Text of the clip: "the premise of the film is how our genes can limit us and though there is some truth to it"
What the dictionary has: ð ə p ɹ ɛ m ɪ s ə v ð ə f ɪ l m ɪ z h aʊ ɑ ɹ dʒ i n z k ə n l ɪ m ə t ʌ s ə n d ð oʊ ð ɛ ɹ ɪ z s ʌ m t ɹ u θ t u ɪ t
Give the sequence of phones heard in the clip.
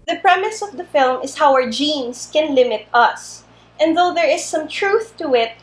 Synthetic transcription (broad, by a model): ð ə p ɹ ɛ m ɪ s ə v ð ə f ɪ l m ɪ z h aʊ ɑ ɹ dʒ i n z k ə n l ɪ m ə t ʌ s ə n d ð oʊ ð ɛ ɹ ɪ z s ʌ m t ɹ u θ t u ɪ t